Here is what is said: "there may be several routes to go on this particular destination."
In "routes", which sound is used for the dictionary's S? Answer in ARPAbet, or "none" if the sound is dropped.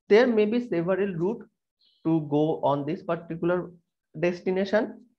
none